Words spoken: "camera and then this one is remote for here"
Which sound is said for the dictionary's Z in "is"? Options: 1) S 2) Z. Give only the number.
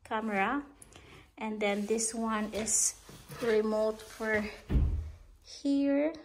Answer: 1